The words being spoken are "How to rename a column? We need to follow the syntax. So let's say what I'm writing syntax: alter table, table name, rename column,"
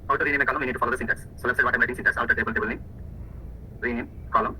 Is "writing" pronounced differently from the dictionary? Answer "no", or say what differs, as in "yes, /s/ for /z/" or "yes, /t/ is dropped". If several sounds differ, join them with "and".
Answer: yes, /l/ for /ɹ/